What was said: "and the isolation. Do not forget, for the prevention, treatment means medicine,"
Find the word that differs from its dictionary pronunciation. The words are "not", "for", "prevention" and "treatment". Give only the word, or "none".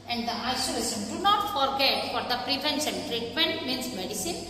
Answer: prevention